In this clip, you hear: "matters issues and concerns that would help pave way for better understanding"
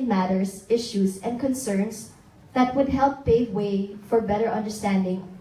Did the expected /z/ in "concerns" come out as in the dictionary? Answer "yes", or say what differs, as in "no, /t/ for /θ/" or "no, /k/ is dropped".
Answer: no, /s/ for /z/